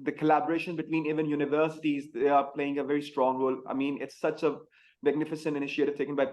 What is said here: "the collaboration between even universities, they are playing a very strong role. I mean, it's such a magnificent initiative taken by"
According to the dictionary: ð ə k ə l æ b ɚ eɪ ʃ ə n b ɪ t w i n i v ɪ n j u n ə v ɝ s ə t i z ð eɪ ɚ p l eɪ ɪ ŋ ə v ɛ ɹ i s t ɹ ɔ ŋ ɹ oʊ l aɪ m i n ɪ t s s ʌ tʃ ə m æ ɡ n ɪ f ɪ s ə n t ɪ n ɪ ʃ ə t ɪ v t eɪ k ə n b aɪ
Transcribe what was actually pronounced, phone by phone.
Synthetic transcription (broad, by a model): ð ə k ə l æ b ɚ eɪ ʃ ə n b ɪ t w i n i v ɪ n j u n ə v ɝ s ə t i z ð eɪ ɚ p l eɪ ɪ ŋ ə v ɛ ɹ i s t ɹ ɔ ŋ ɹ oʊ l aɪ m i n ɪ t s s ʌ tʃ ə m æ ɡ n ɪ f ɪ s ə n t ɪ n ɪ ʃ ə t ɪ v t eɪ k ə n b aɪ